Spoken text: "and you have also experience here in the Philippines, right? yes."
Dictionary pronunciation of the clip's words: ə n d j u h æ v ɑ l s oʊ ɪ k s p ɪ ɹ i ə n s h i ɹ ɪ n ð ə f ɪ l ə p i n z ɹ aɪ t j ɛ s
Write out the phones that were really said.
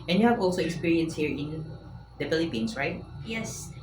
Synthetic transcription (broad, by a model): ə n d j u h æ v ɑ l s oʊ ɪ k s p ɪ ɹ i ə n s h i ɹ ɪ n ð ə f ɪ l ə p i n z ɹ aɪ t j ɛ s